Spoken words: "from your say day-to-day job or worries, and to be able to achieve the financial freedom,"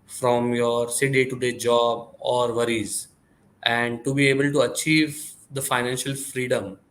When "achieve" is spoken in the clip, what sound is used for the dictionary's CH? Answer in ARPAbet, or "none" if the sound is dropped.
CH